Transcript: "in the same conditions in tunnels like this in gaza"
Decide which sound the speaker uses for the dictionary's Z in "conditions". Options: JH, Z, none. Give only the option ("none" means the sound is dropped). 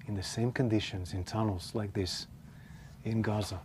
Z